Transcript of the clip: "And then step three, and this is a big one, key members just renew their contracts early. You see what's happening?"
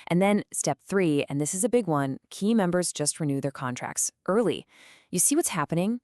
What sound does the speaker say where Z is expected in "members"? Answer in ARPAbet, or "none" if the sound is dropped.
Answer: Z